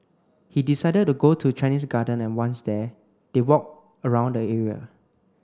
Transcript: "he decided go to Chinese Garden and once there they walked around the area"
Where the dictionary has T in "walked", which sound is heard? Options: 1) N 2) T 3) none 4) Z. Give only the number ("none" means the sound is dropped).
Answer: 3